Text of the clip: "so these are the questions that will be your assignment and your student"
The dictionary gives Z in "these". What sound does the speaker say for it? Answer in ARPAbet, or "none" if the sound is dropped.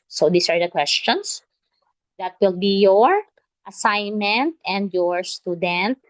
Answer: S